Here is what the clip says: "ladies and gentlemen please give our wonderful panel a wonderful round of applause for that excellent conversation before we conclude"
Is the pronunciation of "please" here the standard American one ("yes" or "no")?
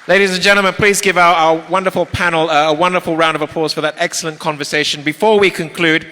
yes